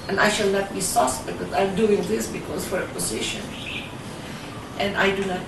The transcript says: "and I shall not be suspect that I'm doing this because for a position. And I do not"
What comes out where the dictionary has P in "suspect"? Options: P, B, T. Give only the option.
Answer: B